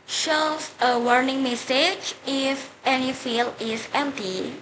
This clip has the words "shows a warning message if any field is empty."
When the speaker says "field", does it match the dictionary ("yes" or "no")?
no